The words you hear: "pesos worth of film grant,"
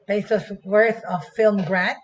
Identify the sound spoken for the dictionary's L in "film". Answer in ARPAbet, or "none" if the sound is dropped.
L